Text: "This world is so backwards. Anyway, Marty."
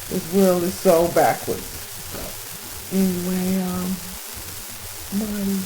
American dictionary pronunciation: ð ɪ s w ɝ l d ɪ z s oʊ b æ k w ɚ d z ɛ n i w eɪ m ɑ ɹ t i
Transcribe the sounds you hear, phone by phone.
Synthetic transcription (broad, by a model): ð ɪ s w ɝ l ɪ z s oʊ b æ k w ɚ d z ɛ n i w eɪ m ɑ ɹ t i